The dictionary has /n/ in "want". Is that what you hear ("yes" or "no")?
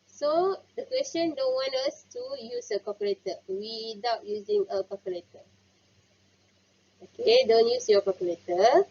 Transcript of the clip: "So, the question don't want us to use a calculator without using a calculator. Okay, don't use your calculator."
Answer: yes